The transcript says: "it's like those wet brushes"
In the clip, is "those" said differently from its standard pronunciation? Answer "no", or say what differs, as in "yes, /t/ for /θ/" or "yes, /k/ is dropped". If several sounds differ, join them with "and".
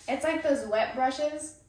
no